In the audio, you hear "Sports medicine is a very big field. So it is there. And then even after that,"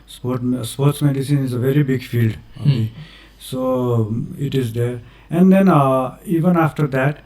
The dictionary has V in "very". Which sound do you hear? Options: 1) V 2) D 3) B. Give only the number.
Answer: 1